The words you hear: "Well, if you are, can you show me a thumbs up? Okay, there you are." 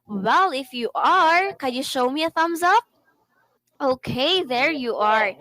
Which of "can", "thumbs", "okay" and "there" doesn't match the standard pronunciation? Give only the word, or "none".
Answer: none